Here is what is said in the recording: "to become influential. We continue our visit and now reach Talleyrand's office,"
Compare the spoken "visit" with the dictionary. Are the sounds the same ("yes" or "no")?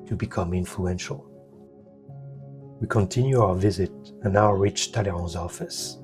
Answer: yes